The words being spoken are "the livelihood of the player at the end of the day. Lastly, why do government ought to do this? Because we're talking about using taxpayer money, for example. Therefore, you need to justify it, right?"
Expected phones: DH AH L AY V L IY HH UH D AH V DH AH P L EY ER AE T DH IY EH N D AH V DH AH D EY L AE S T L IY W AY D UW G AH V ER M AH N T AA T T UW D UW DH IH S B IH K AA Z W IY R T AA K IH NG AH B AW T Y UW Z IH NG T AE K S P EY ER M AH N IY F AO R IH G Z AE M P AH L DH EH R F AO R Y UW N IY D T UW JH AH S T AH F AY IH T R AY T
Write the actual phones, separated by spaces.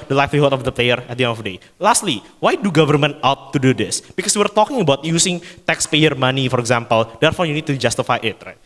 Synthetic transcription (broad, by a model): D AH L AY F L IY HH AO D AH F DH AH P L EY ER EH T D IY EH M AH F D EY L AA S T L IY W AY D UW G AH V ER M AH N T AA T T UW D UW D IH S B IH K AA S W IY R T AA K IH NG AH B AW T Y UW S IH NG T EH K S P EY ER M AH N IY F AO R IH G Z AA M P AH L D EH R F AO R Y UW N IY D T UW JH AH S T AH F AY IH T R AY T